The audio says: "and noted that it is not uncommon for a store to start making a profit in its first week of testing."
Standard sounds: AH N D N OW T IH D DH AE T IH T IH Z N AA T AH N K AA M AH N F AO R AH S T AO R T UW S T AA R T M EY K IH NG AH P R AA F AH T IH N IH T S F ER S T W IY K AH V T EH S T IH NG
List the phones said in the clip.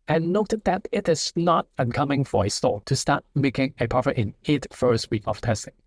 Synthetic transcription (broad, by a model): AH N N OW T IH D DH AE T IH T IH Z N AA T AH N K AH M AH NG F AO R AH S T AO L T UW S T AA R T M EY K IH NG AH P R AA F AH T IH N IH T F ER S T W IY K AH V T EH S T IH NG